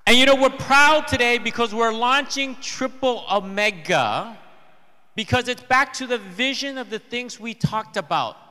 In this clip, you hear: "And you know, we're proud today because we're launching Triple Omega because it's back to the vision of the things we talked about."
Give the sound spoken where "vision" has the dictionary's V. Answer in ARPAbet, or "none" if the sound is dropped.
V